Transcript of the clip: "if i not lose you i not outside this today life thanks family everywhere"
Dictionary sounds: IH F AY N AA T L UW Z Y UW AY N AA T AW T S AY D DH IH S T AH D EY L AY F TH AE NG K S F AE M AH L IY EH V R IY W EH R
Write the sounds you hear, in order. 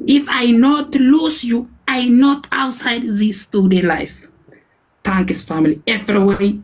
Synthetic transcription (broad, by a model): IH F AY N AA T L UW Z Y UW AY N AA T AW T S AY D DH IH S T AH D EY L AY F T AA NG K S F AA M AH L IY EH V R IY W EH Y